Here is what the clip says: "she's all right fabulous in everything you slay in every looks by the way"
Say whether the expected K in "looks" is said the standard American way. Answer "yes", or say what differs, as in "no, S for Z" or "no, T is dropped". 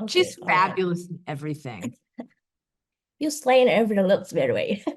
no, K is dropped